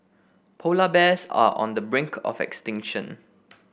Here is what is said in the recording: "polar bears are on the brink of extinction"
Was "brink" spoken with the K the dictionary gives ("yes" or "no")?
yes